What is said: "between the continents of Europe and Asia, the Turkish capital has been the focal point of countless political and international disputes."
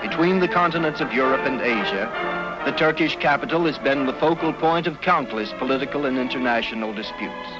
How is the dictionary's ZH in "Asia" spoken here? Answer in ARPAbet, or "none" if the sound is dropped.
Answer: ZH